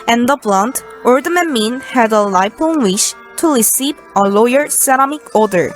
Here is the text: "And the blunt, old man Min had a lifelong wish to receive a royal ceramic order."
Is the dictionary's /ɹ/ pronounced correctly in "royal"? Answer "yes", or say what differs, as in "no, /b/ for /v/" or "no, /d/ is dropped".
no, /l/ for /ɹ/